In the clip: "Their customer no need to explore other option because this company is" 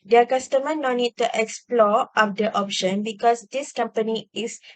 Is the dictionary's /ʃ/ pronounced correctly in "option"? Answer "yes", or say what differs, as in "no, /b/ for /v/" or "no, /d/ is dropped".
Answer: yes